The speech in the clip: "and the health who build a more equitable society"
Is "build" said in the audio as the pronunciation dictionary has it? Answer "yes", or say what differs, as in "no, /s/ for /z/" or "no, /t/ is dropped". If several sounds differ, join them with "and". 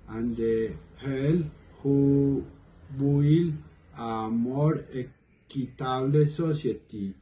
no, /d/ is dropped